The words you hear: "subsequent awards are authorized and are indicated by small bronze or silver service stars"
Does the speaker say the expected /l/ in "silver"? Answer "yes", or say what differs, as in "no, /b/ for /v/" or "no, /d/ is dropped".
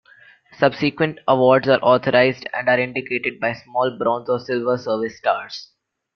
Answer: yes